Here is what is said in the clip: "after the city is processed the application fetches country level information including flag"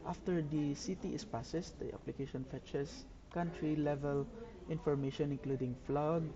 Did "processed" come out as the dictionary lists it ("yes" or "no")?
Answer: no